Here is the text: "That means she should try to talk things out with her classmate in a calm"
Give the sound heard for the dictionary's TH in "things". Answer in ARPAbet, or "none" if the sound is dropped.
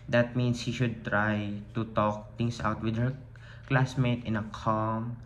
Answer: T